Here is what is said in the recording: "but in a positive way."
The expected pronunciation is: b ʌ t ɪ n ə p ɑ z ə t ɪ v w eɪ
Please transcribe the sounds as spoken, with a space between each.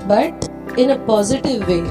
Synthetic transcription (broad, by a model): b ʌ t ɪ n ə p ɑ z ə t ɪ v eɪ